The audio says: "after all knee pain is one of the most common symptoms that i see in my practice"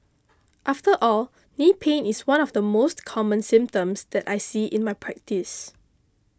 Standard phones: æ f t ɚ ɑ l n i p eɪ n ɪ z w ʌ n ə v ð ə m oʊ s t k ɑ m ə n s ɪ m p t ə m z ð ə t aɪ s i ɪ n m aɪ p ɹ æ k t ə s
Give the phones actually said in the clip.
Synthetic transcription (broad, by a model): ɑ f t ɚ ɑ l n i p eɪ n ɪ s w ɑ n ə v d ə m oʊ s t k ɑ m ə n s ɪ m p t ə m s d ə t aɪ s i ɪ n m aɪ p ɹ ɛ k t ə s